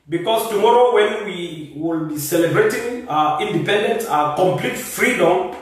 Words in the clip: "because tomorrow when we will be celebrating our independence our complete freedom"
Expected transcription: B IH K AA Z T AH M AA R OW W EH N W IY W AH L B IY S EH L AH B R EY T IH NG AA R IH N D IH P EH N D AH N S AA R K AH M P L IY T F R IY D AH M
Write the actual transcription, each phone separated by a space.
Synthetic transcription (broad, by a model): B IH K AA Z T AH M AA R OW W EH N W IY W AH L B IY S EH L AH B R EY T IH NG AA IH N D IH P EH N D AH N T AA K AH M P L IY T F R IY D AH M